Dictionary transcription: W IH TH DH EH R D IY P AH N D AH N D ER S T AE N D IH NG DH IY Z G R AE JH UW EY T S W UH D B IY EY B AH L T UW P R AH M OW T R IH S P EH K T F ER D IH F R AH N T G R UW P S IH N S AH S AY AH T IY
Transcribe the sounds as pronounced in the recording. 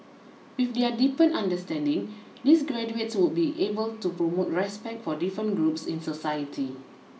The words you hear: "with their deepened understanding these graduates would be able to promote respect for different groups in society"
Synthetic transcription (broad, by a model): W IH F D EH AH D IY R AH N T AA N D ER S T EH N D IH NG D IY S G R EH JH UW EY T S W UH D B IY EY B AH L T UW P R AH M OW T R IH S P EH K T F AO D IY F R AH N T G R UW P S IH N S AH S AY AH T IY